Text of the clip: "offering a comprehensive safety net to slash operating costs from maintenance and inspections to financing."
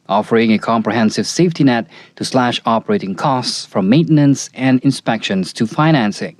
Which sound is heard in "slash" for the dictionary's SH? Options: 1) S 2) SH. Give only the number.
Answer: 2